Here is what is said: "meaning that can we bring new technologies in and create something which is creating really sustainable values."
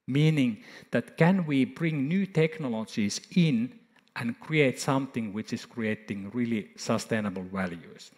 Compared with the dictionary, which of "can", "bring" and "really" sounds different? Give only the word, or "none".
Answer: none